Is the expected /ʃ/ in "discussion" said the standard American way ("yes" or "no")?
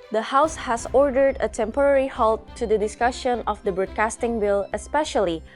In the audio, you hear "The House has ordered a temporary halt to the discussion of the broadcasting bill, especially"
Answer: yes